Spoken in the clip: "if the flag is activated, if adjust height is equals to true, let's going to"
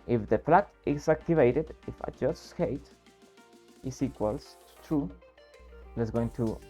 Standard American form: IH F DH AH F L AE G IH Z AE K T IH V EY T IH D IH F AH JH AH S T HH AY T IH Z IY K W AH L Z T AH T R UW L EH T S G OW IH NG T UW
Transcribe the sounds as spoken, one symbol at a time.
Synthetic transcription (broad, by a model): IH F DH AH P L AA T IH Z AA K T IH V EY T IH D IH F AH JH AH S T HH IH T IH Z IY K W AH L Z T T R UW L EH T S G OW IH NG T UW